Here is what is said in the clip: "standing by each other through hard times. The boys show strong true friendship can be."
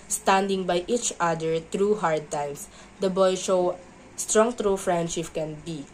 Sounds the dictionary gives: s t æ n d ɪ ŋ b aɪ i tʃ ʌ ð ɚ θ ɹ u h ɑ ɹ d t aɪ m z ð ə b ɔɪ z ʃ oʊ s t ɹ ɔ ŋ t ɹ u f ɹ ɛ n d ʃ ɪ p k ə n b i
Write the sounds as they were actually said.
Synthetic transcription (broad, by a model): s t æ n d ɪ ŋ b aɪ i tʃ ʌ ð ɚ t ɹ u h ɑ ɹ d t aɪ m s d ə b ɔɪ ʃ oʊ s t ɹ ɔ ŋ t ɹ u f ɹ ɛ n d ʃ ɪ p k ə n b i